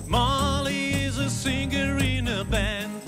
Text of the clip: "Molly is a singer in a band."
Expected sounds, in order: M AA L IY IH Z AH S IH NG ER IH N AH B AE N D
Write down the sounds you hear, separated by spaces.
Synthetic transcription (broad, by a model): M AA L IY IH Z AH S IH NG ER IH N AH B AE N